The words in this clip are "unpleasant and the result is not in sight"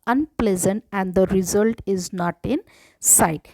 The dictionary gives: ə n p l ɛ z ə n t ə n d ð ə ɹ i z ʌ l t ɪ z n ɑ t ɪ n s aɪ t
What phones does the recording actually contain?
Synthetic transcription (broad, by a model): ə n p l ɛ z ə n t ə n d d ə ɹ i z ʌ l t ɪ z n ɑ t ɪ n s aɪ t